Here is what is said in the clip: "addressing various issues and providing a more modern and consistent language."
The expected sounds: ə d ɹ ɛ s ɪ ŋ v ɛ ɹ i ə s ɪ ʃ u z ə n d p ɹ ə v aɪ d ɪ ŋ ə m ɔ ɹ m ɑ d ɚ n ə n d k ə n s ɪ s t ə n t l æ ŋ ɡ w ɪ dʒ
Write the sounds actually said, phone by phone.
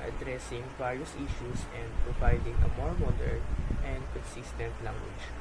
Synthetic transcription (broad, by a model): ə d ɹ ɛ s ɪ ŋ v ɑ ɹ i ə s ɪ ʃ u s ə n d p ɹ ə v aɪ d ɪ ŋ ə m ɔ ɹ m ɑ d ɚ l ə n d k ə n s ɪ s t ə n t l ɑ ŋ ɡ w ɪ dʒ